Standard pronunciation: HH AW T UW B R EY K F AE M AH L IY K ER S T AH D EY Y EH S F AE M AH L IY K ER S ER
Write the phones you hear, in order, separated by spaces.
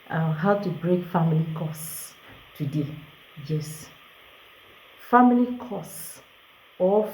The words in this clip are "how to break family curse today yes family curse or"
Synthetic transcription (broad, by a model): HH AW T UW B R EY K F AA M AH L IY K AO S T AH D EY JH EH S F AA M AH L IY K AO S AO